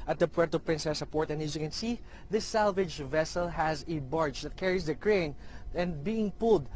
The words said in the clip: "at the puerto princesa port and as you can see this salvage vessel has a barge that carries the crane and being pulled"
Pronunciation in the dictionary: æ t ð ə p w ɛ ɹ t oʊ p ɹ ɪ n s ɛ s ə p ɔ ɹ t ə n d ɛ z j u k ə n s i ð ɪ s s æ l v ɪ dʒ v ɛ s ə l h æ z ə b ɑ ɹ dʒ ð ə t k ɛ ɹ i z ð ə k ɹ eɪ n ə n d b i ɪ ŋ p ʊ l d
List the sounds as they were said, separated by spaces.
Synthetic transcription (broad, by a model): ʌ t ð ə p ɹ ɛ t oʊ p ɹ ɪ n s ɛ s ə p ɔ ɹ t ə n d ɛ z j u k ə n s i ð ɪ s s æ l v ɪ dʒ v ɛ s ə l h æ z ə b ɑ ɹ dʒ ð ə t k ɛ ɹ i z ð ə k ɹ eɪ n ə n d b i ɪ ŋ p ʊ l d